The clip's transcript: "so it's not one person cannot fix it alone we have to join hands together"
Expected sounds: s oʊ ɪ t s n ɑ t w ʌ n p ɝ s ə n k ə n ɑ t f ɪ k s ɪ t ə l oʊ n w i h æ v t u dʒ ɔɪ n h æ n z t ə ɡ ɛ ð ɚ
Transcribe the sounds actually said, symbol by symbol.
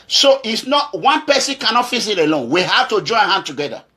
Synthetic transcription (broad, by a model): s oʊ t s n ɑ t w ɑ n p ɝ s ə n k ə n ɑ t f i s ɪ t ə l oʊ n w i h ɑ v t u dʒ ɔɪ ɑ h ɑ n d t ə ɡ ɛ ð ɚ